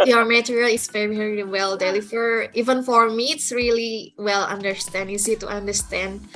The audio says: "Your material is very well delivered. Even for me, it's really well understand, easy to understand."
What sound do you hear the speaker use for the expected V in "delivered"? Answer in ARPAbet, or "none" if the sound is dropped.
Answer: F